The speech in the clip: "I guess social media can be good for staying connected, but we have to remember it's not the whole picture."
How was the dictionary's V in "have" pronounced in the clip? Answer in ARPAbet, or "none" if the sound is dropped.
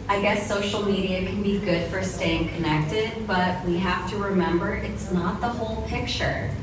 F